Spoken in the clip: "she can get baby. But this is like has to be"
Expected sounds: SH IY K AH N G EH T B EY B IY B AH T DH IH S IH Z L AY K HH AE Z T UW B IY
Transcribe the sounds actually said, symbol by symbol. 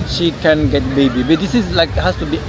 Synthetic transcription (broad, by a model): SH IY K AH N G EH T B EY B IY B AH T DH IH S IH S L AY K HH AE S T UW B IY